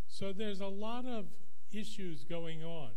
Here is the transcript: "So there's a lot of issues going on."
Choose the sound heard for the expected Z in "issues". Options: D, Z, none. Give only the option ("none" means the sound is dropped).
Z